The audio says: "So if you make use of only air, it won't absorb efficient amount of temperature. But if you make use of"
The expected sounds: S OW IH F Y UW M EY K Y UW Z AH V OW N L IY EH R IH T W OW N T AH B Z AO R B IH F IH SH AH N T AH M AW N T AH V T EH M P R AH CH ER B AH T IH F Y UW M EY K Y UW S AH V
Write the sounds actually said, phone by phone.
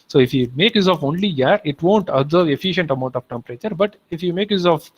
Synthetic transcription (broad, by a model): S OW IH F Y UW M EY K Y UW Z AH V OW N L IY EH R IH T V OW N T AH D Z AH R IH F IH SH AH N T AH M AW N T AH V T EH M P R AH CH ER B AH T IH F Y UW M EY K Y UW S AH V